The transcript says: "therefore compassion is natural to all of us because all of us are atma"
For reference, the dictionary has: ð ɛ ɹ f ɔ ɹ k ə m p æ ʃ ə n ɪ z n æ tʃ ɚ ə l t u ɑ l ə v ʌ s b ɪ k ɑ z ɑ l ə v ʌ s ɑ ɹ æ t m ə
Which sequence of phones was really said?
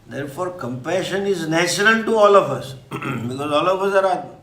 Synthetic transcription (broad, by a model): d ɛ ɹ f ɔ ɹ k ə m p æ ʃ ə n ɪ z n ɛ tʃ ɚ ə n t u ɑ l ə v ʌ s b ɪ k ɑ z ɑ l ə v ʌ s ɑ ɹ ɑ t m